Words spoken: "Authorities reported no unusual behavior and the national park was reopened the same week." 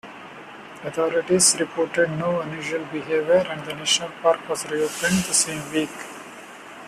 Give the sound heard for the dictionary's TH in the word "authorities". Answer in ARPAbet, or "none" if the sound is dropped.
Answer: T